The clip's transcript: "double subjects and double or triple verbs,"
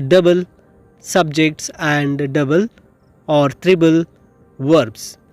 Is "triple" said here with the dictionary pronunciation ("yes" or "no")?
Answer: no